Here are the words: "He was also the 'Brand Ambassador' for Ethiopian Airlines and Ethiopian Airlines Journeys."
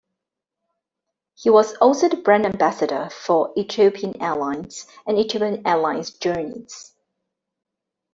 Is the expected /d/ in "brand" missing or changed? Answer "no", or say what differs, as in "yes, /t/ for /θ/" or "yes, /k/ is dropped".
yes, /d/ is dropped